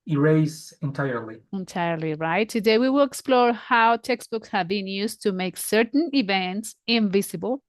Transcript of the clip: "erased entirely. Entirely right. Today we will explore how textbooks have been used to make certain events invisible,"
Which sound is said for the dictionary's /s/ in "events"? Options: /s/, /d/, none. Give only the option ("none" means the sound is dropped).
/s/